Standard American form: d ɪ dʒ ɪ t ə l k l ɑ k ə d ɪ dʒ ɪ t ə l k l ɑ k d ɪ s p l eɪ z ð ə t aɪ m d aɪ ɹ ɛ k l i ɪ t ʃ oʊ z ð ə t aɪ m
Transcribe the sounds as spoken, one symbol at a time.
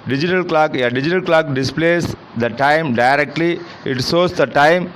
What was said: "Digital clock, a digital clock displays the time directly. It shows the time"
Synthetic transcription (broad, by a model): d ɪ dʒ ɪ t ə l k l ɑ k ə d ɪ dʒ ɪ t ə l k l ɑ k d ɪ s p l eɪ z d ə t aɪ m d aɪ ɹ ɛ k l i ɪ t s oʊ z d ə t aɪ m